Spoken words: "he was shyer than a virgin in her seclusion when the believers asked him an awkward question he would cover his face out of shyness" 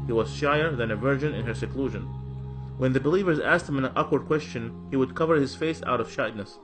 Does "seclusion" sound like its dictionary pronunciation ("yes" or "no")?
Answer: yes